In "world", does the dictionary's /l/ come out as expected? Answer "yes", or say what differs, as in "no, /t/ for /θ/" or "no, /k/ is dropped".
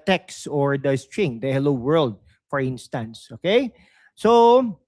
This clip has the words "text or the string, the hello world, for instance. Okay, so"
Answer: yes